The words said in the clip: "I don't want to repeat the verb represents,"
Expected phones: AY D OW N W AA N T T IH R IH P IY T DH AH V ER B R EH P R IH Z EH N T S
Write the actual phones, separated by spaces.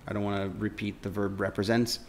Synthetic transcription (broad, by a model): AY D OW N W AA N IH R IH P IY T DH AH V ER B R EH P R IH Z EH N T S